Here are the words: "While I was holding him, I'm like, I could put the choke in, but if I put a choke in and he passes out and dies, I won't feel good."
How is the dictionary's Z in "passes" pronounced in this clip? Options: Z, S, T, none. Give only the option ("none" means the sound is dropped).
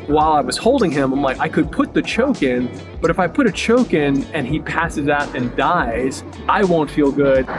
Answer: Z